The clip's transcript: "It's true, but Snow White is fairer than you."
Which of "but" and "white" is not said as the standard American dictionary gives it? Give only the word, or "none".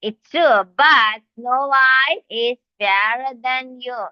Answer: white